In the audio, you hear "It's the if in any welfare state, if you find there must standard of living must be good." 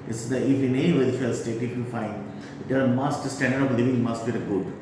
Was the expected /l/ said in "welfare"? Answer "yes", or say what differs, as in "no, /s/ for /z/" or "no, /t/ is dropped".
no, /l/ is dropped